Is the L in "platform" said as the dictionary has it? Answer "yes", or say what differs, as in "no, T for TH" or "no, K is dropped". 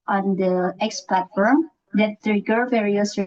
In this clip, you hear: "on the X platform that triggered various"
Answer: yes